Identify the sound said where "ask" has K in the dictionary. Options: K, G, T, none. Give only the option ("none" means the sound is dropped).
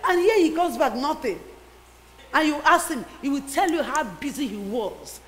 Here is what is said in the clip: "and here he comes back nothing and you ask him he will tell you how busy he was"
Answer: none